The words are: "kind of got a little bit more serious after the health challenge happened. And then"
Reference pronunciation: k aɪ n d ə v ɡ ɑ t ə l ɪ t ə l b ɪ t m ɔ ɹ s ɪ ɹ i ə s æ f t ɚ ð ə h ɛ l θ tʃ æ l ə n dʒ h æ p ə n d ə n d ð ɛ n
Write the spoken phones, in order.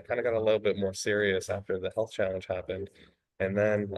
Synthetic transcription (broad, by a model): k aɪ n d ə ɡ ɑ t ə l ɪ t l b ɪ t m ɔ ɹ s ɪ ɹ i ə s æ f t ɚ ð ə h ɛ l θ tʃ æ l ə n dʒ h æ p ə n d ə n ð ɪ n